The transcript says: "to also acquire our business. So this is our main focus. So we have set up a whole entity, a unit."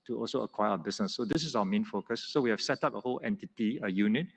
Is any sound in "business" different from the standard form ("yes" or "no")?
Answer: yes